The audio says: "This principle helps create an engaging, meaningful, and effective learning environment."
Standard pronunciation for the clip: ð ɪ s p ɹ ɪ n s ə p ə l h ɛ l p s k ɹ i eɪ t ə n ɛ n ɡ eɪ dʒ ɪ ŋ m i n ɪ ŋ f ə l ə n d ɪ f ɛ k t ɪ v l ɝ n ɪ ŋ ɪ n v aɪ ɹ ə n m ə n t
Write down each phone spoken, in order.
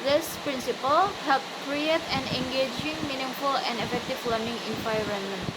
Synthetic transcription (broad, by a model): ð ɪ s p ɹ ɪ n s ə p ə l h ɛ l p k ɹ i eɪ t ə n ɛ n ɡ eɪ dʒ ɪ ŋ m i n ɪ ŋ f ə l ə n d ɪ f ɛ k t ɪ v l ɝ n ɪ ŋ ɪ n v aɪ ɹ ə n m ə n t